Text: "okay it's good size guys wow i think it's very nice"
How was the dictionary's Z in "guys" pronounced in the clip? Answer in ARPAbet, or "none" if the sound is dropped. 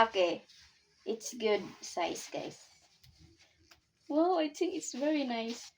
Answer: S